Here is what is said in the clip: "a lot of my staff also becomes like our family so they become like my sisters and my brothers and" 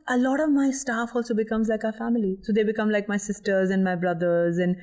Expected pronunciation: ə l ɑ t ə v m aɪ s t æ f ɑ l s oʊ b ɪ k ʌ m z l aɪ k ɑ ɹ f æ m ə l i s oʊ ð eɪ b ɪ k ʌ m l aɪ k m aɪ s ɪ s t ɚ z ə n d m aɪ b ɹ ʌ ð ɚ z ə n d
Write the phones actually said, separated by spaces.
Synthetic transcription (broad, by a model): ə l ɑ t ə v m aɪ s t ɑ f ɑ l s oʊ b ɪ k ʌ m z l aɪ k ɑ f æ m ə l i s oʊ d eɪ b ɪ k ʌ m l aɪ k m aɪ s ɪ s t ɚ z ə n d m aɪ b ɹ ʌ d ɚ z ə n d